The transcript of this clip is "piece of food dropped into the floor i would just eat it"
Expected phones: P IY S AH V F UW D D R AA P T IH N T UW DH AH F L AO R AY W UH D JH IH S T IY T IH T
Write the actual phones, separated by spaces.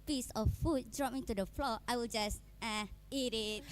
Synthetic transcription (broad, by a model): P IY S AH F F UW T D R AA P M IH T UW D AH F L AO AY W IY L JH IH S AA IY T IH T